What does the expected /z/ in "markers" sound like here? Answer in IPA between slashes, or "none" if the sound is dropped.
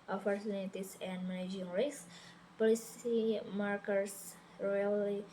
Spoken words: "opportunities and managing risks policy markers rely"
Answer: /s/